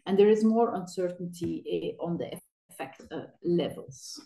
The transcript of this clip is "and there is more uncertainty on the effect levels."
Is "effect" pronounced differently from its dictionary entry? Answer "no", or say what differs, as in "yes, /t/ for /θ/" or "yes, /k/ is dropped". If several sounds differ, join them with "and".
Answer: no